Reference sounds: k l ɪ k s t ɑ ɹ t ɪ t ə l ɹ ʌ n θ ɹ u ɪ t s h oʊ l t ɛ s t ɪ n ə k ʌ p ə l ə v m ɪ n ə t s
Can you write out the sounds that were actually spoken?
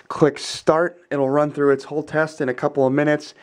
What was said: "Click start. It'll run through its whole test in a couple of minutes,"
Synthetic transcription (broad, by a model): k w ɪ k s t ɑ ɹ t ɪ t l ɹ ʌ n θ ɹ u ɪ t s h oʊ l t ɛ s t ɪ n ə k ʌ p l ə v m ɪ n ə t s